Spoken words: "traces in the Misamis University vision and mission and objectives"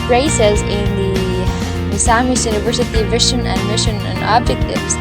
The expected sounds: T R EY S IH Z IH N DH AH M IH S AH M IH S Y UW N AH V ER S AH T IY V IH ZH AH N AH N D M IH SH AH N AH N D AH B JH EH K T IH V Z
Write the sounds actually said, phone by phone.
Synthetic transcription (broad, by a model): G R EY S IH Z IH N DH AH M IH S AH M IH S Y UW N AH V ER S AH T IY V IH SH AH N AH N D M IH SH AH N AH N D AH B JH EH K T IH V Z